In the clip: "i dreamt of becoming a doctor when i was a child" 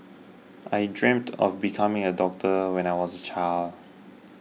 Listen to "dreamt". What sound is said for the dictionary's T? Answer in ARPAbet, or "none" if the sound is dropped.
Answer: T